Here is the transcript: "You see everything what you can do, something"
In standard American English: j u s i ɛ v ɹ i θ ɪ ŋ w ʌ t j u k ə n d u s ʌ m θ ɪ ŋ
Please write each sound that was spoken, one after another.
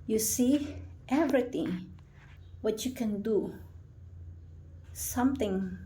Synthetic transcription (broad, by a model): j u s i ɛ v ɹ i t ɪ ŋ w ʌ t j u k ə n d u s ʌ m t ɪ ŋ